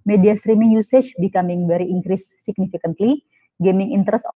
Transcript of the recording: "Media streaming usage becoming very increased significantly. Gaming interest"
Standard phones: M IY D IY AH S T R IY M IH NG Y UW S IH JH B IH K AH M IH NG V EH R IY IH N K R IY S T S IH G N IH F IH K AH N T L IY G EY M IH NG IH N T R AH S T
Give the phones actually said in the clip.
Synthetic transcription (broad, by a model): M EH D IY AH S T R IY M IH NG Y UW S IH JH B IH K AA M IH NG B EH R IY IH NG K R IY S S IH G N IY F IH K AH N T L IY G EY M IH NG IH N T R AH S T